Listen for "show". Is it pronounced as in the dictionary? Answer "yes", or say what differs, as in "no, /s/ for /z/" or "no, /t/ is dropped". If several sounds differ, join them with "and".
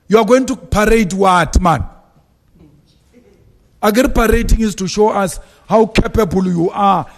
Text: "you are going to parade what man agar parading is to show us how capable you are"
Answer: yes